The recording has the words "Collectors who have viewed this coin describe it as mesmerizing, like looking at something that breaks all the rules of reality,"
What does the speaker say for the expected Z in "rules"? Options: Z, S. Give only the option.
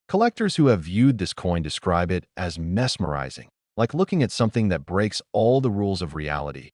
Z